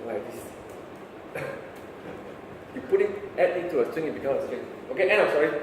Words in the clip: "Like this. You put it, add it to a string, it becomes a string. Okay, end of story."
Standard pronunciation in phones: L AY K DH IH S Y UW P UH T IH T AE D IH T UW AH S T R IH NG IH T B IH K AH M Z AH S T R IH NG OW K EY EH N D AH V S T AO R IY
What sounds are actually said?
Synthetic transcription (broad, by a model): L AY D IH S Y UW P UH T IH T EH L IH T UW AH S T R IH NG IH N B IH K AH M AH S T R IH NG OW K EY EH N AH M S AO R IY